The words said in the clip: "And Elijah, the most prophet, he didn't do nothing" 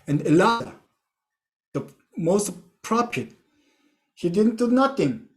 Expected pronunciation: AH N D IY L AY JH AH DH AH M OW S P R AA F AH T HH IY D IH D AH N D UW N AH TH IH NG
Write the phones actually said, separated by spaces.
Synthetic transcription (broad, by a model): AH N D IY L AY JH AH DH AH M OW S P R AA P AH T HH IY D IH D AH N D UW N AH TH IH NG